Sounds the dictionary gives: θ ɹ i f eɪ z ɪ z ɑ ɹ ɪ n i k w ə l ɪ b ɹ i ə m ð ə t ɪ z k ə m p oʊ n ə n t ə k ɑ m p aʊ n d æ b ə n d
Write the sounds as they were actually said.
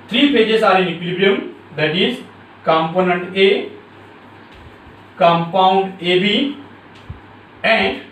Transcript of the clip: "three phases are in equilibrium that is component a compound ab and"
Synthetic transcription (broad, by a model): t ɹ i p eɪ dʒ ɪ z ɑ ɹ ɪ n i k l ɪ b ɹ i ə m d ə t ɪ z k ə m p oʊ n ə n t ə k ɑ m p aʊ n d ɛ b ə n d